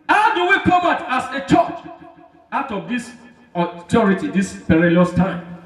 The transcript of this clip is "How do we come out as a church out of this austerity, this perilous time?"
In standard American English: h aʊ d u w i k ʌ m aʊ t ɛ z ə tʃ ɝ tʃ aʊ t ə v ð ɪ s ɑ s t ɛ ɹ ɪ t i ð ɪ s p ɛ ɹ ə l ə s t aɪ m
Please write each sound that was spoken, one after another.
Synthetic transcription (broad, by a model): h aʊ d u w i k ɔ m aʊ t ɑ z ə tʃ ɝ tʃ aʊ t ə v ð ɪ s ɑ t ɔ ɹ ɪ t i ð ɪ s p ɛ ɹ ə l ə s t aɪ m